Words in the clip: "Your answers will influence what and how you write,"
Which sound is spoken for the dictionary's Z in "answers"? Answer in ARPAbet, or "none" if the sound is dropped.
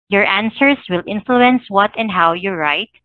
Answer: S